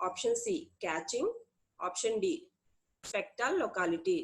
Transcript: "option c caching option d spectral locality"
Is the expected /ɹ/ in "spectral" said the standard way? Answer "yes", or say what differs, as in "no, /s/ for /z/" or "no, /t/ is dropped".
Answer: no, /ɹ/ is dropped